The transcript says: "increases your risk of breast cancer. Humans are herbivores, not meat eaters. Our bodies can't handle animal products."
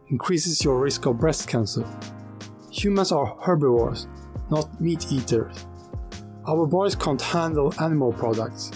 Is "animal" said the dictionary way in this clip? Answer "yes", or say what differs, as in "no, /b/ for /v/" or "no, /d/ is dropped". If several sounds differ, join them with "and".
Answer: yes